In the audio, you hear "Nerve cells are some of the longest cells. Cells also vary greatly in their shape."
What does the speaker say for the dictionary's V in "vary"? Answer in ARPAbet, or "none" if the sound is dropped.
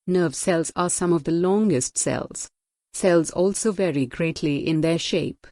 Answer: V